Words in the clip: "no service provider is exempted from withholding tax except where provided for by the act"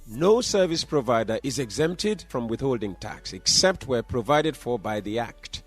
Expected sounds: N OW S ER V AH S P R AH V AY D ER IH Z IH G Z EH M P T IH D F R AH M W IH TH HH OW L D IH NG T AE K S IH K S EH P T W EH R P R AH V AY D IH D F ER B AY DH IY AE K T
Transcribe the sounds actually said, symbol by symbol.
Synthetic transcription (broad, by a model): N OW S ER V AH S P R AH V AY D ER IH Z IH G Z EH M P T IH D F R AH M W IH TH HH OW L D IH NG T AE K S IH K S EH P T W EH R P R AH V AY D IH D F ER B AY DH IY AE K T